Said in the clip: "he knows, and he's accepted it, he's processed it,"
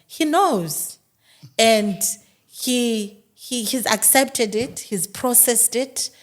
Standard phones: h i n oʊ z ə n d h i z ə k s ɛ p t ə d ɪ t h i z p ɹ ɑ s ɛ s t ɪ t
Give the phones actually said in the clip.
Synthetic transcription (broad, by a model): h i n oʊ z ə n d h i z ə k s ɛ p t ə d ɪ t h i z p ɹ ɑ s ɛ s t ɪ t